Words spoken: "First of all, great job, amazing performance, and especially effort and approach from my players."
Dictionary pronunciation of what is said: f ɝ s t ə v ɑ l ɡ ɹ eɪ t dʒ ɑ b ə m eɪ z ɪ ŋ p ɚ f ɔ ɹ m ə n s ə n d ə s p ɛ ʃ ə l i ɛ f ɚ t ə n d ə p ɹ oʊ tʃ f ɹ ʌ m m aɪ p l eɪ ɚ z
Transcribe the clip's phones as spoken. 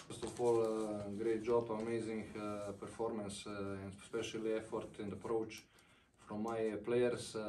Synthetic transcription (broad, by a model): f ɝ s t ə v ɑ l ɡ ɹ eɪ t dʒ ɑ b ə m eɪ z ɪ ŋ p ɚ f ɔ ɹ m ə n s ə n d s p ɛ ʃ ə l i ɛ f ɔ t ə n d ə p ɹ oʊ tʃ f ɹ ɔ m m aɪ p l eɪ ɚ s